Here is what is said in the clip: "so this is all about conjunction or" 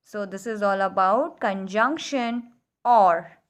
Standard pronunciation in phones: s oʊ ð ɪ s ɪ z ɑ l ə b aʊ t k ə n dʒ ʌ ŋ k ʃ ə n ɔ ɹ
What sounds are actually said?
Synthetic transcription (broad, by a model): s oʊ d ɪ s ɪ z ɑ l ə b aʊ t k ə n dʒ ʌ ŋ k ʃ ə n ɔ ɹ